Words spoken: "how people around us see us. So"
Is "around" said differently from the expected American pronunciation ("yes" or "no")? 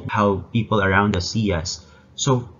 no